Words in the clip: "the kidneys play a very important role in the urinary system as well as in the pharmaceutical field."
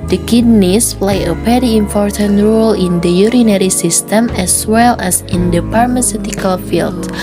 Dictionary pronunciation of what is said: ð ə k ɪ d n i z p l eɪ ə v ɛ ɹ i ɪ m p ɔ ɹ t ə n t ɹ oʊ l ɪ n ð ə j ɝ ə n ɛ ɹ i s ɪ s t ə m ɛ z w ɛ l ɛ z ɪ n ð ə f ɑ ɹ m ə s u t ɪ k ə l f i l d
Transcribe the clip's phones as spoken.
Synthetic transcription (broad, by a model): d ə k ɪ d n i s p l eɪ ə p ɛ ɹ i ɪ m p ɔ ɹ t ə n t ɹ oʊ l ɪ n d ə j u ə n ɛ ɹ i s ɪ s t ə m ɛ s w ɛ l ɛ s ɪ n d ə p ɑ ɹ m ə s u t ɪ k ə l f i l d